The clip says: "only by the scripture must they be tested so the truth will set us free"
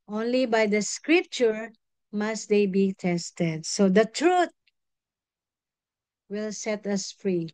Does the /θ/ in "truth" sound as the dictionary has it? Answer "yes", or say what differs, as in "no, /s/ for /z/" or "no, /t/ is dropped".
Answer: no, /t/ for /θ/